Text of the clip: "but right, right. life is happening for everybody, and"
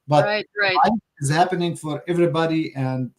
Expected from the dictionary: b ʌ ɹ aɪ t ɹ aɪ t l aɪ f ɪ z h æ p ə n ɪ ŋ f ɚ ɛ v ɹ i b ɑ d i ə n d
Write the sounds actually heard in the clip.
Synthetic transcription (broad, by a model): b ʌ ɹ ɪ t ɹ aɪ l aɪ ɪ z h æ p ə n ɪ ŋ f ɚ ɛ v ɹ i b ɑ d i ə n d